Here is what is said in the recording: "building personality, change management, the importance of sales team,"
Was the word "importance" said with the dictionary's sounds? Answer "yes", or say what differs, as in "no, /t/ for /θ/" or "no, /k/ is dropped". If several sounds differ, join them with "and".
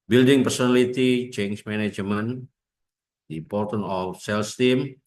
no, /s/ is dropped